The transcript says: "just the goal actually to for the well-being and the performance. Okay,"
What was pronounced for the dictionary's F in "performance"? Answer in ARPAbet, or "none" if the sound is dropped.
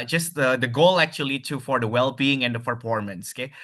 P